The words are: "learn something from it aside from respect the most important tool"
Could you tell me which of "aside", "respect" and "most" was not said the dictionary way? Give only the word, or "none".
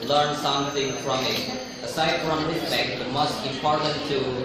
respect